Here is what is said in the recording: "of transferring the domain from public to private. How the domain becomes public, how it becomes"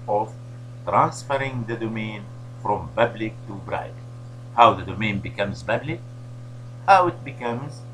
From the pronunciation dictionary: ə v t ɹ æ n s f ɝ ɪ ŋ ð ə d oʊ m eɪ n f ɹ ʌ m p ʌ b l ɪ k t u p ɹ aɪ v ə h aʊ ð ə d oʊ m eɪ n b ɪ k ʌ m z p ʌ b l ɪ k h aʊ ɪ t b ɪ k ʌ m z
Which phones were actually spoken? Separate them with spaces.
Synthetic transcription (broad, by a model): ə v t ɹ æ n s f ɝ ɪ ŋ ð ə d oʊ m eɪ n f ɹ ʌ m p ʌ b l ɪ k t u b ɹ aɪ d h aʊ ð ə d oʊ m eɪ n b ɪ k ʌ m z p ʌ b l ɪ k h aʊ ɪ t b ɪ k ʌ m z